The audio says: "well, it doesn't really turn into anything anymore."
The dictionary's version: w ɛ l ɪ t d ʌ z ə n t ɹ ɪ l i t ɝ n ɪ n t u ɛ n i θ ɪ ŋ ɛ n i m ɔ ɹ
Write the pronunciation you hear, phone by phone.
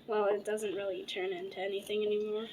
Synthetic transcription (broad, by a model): w ɛ l ɪ t d ʌ z ə n t ɹ ɪ l i t ɝ n ɪ n t u ɛ n i θ ɪ ŋ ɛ n i m ɔ ɹ